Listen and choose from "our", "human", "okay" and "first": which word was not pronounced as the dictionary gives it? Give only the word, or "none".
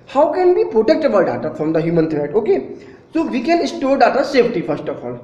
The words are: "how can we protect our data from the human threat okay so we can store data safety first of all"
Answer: our